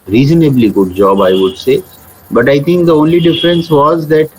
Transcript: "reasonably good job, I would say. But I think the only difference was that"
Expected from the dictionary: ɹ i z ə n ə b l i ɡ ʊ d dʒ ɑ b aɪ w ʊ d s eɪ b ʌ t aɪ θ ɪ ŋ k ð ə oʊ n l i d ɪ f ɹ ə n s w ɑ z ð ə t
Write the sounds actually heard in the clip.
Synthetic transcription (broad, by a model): ɹ i z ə n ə b l i ɡ ʊ d dʒ ɑ b aɪ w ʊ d s eɪ b ʌ t aɪ t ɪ ŋ k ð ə oʊ n l i d ɪ f ɹ ə n s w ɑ z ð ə t